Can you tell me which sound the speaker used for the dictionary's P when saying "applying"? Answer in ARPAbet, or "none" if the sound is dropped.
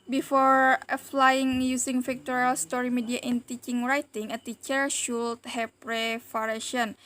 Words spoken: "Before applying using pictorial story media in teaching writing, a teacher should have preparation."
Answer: F